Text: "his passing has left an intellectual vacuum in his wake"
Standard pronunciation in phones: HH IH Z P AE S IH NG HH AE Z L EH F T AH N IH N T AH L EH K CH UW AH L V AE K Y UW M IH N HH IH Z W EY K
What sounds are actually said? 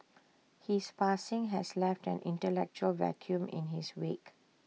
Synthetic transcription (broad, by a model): HH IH S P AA S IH NG HH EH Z L EH F T AH N IH N T AH L EH K CH UW AH L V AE K Y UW M IH N HH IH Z W EY K